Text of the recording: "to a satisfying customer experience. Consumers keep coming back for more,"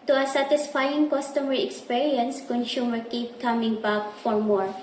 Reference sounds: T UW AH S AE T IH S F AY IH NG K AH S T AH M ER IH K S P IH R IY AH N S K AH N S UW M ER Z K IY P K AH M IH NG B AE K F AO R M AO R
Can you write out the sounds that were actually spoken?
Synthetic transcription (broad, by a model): T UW AH S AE T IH S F AY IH NG K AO S T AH M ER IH K S P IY R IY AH N S K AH N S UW M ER K IY P K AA M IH NG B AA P F AO R M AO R